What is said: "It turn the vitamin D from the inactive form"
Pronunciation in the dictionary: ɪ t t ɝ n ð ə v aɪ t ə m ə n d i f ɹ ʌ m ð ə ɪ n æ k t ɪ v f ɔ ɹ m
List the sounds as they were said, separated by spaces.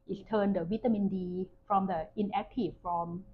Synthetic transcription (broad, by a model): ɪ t t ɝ n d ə w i t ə m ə n d i f ɹ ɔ m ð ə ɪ n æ k t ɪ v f ɔ m